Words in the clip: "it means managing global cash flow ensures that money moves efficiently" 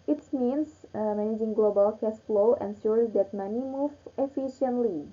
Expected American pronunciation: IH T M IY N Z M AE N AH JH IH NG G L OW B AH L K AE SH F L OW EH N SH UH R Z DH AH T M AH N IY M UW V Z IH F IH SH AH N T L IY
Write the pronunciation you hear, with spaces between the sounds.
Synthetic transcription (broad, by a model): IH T M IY N S M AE N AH JH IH NG G L OW B AH L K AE S F L OW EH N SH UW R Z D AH T M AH N IY M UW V IH F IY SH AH N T L IY